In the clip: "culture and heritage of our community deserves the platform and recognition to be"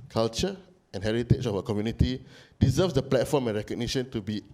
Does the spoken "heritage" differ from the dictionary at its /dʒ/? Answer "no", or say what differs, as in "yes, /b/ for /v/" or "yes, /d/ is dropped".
yes, /tʃ/ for /dʒ/